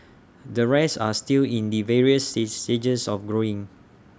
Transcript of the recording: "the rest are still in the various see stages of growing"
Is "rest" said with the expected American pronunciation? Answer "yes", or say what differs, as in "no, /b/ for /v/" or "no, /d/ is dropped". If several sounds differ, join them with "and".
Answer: no, /t/ is dropped